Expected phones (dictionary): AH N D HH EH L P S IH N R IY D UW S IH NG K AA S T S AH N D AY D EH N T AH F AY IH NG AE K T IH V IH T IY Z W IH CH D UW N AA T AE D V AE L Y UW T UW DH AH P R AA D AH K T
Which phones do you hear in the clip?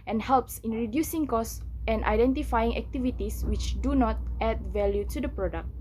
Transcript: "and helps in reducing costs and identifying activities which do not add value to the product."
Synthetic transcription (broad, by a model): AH N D HH EH L P S IH N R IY D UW S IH NG K AA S S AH N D AY D EH N T AH F AY IH NG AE K T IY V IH T IY S W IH CH D UW N AA T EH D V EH L Y UW T UW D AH P R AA D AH K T